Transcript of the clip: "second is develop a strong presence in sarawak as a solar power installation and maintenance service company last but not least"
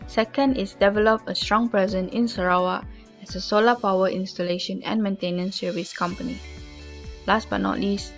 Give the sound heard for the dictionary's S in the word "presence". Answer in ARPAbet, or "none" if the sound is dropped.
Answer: none